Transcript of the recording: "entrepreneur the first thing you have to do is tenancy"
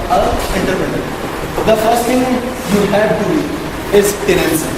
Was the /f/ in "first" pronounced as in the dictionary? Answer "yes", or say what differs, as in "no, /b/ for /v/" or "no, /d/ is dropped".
yes